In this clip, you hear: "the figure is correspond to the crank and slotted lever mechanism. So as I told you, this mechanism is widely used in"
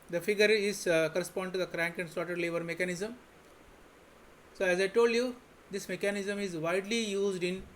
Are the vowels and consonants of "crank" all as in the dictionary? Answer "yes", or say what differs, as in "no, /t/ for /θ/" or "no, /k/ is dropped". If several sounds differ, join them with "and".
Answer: yes